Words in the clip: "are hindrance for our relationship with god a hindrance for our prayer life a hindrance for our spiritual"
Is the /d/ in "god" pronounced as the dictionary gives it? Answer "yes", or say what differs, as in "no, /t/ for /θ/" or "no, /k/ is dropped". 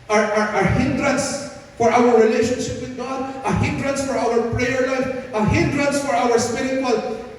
yes